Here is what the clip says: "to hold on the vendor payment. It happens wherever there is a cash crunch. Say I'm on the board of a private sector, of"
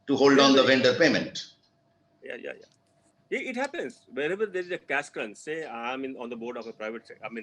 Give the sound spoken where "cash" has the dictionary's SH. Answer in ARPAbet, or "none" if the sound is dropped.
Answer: S